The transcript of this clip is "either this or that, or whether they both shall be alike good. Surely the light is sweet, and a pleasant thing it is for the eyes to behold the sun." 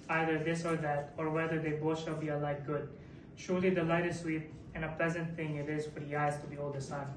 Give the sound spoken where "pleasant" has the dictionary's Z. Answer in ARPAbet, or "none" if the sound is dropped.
Z